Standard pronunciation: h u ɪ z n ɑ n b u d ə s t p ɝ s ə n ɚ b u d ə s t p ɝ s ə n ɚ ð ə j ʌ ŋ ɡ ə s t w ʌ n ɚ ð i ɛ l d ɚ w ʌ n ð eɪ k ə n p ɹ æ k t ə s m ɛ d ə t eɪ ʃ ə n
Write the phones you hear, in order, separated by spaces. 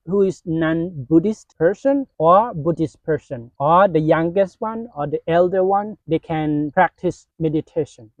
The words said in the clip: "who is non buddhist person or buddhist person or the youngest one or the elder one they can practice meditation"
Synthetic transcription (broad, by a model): h u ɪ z n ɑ n b u d ə s t p ɝ s ə n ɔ b u d ə s t p ɝ s ə n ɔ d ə j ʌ ŋ ɡ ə s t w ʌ n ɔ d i ɛ l d ɚ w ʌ n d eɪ k ə n p ɹ æ k t ə s m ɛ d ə t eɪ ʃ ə n